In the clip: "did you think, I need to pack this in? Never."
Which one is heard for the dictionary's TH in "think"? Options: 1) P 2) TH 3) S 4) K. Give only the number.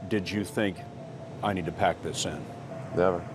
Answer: 2